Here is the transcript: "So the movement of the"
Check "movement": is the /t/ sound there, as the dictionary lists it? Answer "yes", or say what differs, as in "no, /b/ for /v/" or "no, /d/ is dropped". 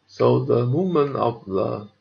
no, /t/ is dropped